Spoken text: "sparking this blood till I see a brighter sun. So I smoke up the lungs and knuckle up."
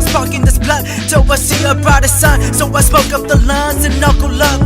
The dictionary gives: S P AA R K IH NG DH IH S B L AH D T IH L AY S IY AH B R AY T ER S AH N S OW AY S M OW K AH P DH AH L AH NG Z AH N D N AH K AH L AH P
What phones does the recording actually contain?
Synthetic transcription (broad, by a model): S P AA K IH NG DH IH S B L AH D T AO W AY S IY AH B R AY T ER S AH N S OW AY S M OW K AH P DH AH L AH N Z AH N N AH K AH L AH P